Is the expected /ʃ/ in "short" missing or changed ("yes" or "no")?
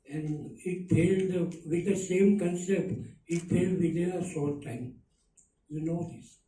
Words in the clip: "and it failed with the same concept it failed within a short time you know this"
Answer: yes